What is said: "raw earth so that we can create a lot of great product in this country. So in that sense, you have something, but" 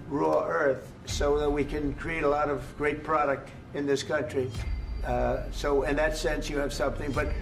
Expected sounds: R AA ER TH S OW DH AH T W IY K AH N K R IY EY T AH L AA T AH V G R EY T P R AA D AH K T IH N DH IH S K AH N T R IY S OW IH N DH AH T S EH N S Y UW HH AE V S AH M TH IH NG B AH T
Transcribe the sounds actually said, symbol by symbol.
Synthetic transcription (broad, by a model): R AA ER TH S OW DH AH T W IY K AH N K R IY EY T AH L AA T AH V G R EY T P R AA D AH K T IH N DH IH S K AH N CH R IY S OW IH N DH AH T S EH N S Y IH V S AH M TH IH NG B AH T